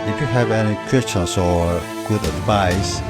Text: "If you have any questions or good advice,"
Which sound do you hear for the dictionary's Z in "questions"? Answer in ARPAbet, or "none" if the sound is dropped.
S